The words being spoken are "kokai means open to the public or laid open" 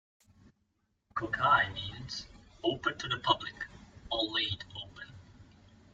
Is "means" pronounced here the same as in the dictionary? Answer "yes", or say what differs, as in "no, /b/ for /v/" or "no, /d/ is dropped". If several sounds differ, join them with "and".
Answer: yes